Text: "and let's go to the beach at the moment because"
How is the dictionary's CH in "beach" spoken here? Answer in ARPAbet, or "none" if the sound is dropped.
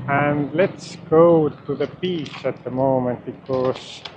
S